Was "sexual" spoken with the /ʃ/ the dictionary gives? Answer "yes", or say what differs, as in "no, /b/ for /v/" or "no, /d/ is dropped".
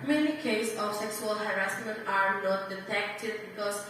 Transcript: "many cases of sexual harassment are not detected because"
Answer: no, /s/ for /ʃ/